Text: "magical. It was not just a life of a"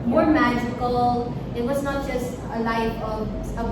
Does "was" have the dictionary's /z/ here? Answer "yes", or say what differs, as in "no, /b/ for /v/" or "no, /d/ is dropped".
yes